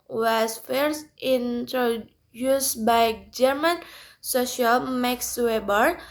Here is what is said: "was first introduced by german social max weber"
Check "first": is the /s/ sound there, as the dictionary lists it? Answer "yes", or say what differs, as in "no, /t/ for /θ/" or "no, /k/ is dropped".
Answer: yes